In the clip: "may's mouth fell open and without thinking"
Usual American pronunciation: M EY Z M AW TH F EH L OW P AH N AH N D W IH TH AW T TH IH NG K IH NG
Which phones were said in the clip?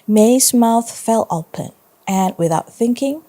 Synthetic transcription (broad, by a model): M EY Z M AW TH F EH L OW P AH N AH N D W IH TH AW T TH IH NG K IH NG